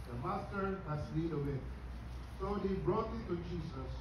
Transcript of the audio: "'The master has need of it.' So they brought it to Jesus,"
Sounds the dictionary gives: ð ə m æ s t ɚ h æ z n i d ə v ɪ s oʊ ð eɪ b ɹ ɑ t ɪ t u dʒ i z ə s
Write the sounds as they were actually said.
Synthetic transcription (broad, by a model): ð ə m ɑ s t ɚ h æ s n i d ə w ɪ s oʊ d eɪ b ɹ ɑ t ɪ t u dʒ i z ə s